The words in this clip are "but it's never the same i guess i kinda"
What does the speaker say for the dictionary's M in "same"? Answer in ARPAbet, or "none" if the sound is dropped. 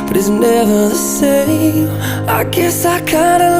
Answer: none